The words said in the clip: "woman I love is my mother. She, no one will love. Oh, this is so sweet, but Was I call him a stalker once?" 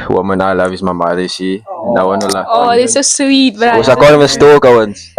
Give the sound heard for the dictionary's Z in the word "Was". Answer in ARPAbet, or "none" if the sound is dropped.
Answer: S